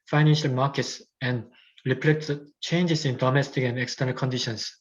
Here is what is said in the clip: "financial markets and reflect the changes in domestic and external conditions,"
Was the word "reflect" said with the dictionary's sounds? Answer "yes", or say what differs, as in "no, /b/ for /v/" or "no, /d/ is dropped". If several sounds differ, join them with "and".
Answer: no, /p/ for /f/